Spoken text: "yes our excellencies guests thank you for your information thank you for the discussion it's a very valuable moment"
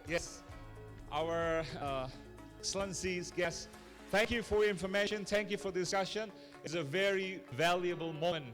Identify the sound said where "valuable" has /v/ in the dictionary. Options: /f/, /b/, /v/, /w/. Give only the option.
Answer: /v/